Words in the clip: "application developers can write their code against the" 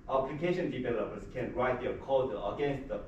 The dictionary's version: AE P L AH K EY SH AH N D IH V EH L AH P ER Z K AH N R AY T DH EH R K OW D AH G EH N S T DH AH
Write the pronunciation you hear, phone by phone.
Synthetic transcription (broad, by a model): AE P L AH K EY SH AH N D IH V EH L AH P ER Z K AH N R AY T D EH K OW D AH G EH N S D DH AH